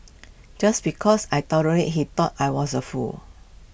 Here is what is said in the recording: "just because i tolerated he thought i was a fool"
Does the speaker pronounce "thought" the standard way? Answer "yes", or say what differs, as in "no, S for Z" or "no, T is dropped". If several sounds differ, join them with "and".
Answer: no, T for TH